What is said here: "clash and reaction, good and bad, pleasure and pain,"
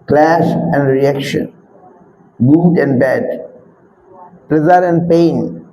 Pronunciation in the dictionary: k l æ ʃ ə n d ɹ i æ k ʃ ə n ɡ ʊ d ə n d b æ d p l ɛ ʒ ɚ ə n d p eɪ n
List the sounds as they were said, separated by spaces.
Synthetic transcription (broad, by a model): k l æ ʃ ə n d ɹ i æ k ʃ ə n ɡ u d ə n d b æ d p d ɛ z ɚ ə n d p eɪ n